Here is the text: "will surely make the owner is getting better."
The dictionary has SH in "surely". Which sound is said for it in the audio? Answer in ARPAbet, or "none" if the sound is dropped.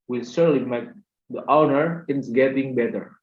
S